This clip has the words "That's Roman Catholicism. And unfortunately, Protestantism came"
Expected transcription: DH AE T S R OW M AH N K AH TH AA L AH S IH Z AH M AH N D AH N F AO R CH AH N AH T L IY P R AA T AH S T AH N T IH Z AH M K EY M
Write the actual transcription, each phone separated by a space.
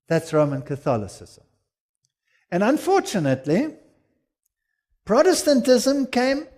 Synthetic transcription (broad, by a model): DH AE T S R OW M AH N K AH TH AA L AH S IH Z AH M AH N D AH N F AO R CH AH N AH T L IY P R AA T AH S T AH N T IH Z AH M K EY M